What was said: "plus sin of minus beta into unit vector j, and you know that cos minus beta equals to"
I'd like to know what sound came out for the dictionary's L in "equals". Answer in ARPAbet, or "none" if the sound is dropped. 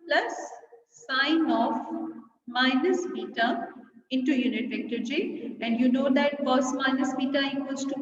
none